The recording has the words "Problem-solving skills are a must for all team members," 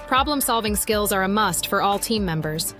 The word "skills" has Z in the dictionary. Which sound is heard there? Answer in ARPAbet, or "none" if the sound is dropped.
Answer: Z